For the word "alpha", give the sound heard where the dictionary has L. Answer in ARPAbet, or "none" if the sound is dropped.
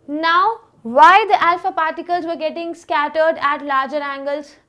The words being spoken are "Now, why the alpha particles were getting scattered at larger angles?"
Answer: L